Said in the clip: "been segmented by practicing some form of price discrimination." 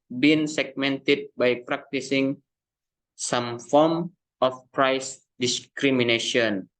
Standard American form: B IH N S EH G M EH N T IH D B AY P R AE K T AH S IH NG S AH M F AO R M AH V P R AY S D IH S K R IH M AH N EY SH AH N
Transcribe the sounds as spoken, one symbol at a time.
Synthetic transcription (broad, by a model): B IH N S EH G M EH N T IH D B AY P R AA K T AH S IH NG S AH M F AO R M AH F P R AY S D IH S K R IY M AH N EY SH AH N